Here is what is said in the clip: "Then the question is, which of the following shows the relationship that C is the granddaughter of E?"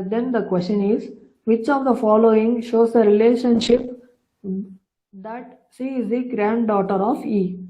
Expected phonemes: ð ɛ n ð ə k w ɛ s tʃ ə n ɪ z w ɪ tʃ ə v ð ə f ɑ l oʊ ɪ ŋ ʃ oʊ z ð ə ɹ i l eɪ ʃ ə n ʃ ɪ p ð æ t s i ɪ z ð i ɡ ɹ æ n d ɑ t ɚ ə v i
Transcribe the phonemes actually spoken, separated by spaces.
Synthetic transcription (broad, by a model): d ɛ n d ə k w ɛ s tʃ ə n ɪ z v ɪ tʃ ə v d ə f ɑ l oʊ ɪ ŋ ʃ oʊ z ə ɹ i l eɪ ʃ ə n ʃ ɪ p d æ t ʃ i ɪ z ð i ɡ ɹ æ n d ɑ t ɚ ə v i